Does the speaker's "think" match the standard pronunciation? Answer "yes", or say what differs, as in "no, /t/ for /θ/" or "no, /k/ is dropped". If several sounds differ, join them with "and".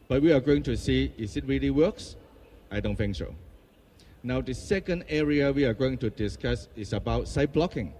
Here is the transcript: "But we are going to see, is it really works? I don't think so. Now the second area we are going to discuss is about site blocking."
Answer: no, /f/ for /θ/